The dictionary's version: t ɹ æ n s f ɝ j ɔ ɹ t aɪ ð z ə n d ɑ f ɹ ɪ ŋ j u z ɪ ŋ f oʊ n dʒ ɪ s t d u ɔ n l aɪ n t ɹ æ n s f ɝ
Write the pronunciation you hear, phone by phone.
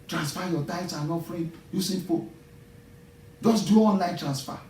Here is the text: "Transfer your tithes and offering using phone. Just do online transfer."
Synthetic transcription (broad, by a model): t ɹ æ n s f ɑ j ɔ t aɪ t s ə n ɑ f ɹ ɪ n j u s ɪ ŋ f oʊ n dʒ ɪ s d u ɔ n l aɪ n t ɹ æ n s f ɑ